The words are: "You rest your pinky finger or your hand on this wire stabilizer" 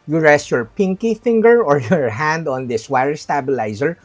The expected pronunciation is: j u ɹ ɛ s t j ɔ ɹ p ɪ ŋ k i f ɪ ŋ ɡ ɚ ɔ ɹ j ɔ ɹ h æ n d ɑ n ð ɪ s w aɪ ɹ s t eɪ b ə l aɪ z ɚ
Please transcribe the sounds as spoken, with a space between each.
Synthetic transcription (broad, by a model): j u ɹ ɛ s t j ɔ ɹ p ɪ ŋ k i f ɪ ŋ ɡ ɚ ɔ ɹ j ɔ ɹ h æ n d ɑ n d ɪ s w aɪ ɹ s t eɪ b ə l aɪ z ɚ